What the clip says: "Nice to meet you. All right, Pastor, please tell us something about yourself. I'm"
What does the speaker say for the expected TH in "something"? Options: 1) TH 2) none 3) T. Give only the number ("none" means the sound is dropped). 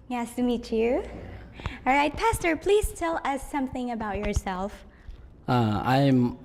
1